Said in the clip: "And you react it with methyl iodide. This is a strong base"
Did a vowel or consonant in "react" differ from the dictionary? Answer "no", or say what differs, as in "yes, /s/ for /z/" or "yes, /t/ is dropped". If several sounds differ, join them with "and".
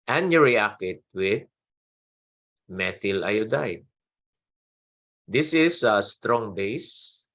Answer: yes, /t/ is dropped